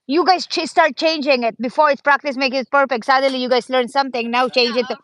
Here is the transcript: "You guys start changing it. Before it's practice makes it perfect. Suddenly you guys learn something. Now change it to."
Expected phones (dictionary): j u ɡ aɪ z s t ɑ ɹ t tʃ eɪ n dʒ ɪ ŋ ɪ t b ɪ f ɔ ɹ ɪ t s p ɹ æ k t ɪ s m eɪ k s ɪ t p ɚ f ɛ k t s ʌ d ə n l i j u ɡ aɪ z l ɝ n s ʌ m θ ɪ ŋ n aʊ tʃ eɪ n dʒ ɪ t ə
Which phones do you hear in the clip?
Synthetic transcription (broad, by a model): j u ɡ aɪ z s t ɑ ɹ t tʃ eɪ n dʒ ɪ ŋ ɪ t b ɪ f ɔ ɹ ɪ t s p ɹ æ k t ɪ s m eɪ k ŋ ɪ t p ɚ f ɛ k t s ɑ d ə l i j u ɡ aɪ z l ɝ n s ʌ m t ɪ ŋ n aʊ tʃ eɪ n dʒ ɪ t